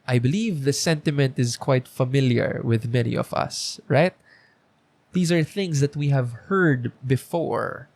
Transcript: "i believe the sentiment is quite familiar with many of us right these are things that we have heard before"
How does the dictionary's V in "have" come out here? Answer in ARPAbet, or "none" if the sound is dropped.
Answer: V